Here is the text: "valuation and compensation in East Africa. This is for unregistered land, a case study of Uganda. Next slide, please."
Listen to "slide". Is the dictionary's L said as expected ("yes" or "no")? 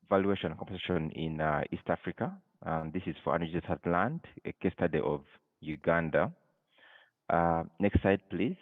no